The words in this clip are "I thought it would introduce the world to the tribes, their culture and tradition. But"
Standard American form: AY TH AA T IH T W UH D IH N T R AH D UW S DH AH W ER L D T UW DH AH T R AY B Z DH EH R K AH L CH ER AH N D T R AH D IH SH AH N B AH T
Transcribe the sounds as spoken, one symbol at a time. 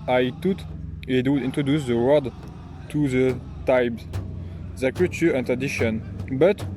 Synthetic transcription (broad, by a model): AY T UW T IH T W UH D IH N T R AH D UW S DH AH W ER D T UW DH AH T AY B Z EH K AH CH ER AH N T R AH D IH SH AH N B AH T